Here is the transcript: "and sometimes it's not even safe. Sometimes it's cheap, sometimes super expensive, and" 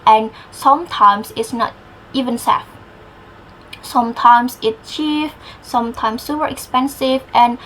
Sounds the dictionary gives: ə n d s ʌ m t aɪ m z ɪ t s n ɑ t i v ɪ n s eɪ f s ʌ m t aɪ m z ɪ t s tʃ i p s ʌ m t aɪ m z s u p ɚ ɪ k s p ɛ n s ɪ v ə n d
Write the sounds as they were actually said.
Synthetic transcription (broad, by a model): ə n s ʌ m t aɪ m s ɪ t s n ɑ t i v ɪ n s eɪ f s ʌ m t aɪ m s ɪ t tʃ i f s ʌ m t aɪ m s u p ɚ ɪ k s p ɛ n s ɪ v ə n